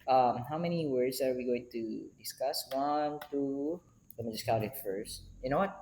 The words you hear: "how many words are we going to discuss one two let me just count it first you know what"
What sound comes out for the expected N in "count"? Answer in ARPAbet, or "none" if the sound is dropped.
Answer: none